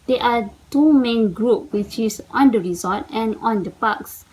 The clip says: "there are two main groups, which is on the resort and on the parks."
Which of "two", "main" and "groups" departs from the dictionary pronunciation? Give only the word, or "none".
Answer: groups